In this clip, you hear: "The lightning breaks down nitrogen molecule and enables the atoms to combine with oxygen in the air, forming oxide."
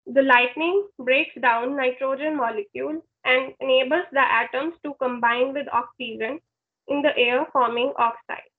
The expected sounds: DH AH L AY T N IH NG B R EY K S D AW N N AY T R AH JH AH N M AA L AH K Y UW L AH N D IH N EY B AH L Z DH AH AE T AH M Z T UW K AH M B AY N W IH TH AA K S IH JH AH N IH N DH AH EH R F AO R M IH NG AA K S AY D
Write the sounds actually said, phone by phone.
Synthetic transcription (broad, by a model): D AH L AY T N IH NG B R EY K S D AW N N AY T R AH JH AH N M AA L AH K Y UW L AH N D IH N EY B AH L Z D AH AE T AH M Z T UW K AH M B AY N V IH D AA K S IH JH AH N IH N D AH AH R F AO R M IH NG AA K S AY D